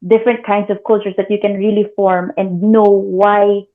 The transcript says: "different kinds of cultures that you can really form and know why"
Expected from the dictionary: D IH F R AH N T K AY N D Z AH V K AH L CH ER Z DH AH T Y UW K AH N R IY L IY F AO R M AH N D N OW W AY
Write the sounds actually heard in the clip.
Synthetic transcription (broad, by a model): D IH F R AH N T K AY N D S AH V K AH L CH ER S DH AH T Y UW K AH N R IY L IY F AO R M AH N D N OW W AY